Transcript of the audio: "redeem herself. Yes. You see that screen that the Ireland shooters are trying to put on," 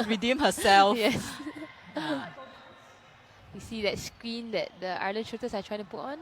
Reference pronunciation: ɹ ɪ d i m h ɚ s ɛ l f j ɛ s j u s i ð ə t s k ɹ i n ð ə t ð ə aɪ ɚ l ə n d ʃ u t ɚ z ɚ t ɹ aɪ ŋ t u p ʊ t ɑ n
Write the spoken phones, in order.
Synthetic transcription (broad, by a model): ɹ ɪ d i m h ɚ s ɛ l j ɛ s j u s i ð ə t s k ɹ i n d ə t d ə aɪ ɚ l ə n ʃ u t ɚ s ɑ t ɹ aɪ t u p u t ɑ n